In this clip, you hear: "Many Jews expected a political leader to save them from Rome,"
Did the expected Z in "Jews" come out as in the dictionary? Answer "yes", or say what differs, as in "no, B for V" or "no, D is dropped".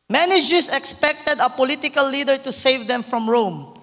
no, S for Z